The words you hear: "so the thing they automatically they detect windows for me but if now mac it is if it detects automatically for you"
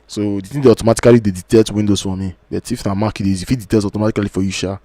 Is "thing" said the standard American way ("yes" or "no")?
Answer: no